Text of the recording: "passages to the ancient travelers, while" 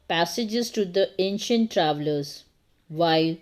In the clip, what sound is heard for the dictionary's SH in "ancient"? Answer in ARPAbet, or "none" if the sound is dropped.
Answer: SH